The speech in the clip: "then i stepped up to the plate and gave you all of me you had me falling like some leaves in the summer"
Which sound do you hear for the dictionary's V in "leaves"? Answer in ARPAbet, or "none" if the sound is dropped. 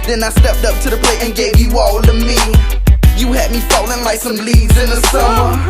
none